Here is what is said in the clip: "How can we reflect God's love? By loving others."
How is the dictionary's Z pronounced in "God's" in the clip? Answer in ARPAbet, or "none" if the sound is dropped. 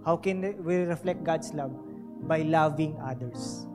S